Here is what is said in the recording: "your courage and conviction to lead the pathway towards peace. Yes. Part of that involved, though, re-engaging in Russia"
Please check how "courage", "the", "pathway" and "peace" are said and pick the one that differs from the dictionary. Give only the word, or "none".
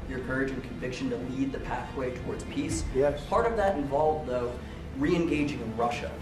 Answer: none